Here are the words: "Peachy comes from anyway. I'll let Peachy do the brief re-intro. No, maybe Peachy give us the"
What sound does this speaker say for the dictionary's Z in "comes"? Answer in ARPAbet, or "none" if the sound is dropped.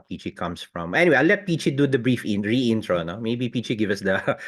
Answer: S